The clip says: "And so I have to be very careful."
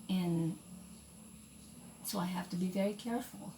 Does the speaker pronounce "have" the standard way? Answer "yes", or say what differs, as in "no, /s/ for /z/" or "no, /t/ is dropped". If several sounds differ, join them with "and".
no, /f/ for /v/